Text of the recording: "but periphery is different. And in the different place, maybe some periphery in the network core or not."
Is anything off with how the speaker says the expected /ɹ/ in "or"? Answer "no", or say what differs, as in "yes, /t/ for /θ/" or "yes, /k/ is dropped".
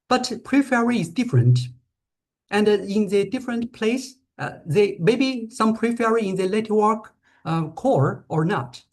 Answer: no